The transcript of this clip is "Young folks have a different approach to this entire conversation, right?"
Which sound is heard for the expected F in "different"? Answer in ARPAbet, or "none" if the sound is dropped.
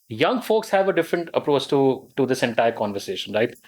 F